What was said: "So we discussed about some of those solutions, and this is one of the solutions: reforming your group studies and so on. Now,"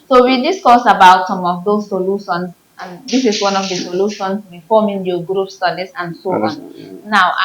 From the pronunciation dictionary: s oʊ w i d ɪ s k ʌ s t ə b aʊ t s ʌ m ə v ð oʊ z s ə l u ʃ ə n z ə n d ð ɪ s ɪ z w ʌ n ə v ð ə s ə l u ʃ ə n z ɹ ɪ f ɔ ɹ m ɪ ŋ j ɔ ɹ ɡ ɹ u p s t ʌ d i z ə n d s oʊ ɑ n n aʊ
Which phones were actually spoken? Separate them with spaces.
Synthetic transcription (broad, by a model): s oʊ w i d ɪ s k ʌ s ə b aʊ t s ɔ m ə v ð oʊ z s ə l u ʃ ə n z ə n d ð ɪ s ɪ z w ʌ n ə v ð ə s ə l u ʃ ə n s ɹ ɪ f ɔ m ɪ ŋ j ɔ ɡ ɹ u p s t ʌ d i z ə n s oʊ ɑ n n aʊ